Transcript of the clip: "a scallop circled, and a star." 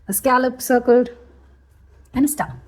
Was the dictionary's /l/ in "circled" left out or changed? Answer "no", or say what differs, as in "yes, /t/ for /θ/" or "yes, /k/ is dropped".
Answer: yes, /l/ is dropped